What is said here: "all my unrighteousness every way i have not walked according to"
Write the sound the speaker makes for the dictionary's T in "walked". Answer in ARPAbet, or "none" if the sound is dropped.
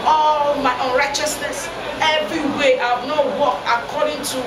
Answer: none